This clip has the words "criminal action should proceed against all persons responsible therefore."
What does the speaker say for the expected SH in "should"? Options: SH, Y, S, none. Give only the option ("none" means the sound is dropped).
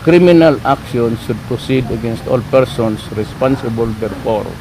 S